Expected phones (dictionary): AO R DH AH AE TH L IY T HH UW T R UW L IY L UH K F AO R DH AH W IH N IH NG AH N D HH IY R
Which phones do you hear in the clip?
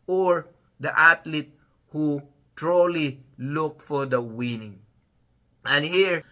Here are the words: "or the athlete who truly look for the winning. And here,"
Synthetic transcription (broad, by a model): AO R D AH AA T L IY T HH UW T R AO L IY L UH K F AO R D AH W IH N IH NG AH N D HH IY R